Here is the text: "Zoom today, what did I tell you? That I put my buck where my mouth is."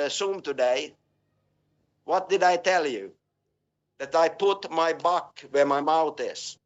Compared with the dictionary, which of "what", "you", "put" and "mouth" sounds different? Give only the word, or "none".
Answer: none